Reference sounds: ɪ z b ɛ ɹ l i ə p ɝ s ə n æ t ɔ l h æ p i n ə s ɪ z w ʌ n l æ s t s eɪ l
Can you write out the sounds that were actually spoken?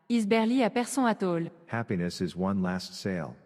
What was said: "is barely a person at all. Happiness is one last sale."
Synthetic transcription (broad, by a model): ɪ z b ɛ ɹ l i ə p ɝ s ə ɑ t ɔ l h æ p i n ə s ɪ z w ʌ n l æ s t s eɪ l